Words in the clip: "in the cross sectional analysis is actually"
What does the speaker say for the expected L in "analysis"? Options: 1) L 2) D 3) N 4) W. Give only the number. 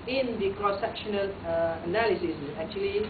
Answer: 1